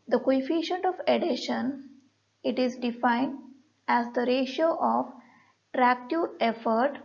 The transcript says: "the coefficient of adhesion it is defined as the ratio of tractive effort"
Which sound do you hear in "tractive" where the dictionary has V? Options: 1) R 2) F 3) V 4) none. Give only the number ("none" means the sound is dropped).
4